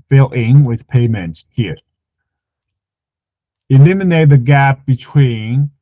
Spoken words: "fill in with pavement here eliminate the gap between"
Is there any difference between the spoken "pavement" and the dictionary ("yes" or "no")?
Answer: yes